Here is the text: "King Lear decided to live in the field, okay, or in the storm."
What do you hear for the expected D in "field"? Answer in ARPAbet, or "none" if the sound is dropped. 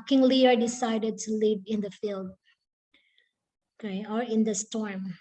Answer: D